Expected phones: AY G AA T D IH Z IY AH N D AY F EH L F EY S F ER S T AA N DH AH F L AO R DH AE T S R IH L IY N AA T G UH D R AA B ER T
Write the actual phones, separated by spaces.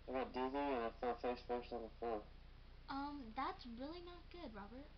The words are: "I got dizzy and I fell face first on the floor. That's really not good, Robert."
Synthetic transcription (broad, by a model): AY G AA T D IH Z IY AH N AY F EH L F EY S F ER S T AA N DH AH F AO R DH AE T S R IH L IY N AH T G UH D R AA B ER T